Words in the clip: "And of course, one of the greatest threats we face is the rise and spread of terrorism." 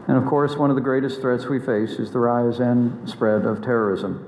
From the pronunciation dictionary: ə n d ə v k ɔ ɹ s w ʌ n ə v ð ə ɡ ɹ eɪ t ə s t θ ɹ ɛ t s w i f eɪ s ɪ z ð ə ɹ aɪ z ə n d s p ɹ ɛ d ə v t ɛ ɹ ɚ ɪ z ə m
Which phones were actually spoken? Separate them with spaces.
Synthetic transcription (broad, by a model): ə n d ə v k ɔ ɹ s w ʌ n ə v ð ə ɡ ɹ eɪ t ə s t θ ɹ ɛ t s w i f eɪ s ɪ z ð ə ɹ aɪ z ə n s p ɹ ɛ d ə v t ɛ ɹ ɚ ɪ z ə m